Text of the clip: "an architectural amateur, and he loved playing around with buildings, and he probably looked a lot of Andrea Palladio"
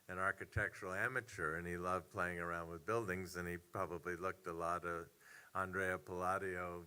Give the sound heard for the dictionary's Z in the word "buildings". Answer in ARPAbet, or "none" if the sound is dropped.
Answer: Z